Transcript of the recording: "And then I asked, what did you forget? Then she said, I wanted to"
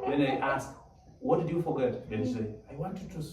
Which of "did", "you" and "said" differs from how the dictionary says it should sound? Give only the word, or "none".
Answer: said